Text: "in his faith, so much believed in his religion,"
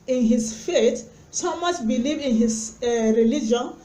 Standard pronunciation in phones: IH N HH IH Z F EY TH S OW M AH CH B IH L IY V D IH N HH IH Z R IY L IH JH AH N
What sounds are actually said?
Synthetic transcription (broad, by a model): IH N HH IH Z F EY T S OW M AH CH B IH L IY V IH N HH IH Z R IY L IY JH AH N